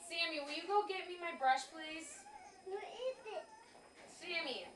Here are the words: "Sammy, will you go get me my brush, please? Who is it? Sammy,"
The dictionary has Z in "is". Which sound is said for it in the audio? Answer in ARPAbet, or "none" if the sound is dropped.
S